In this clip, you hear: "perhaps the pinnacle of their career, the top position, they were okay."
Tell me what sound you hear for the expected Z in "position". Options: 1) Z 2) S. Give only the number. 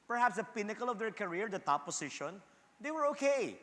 2